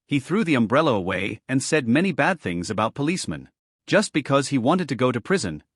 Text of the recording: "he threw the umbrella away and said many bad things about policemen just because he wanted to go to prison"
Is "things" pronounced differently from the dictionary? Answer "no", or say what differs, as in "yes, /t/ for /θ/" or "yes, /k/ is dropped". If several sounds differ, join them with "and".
no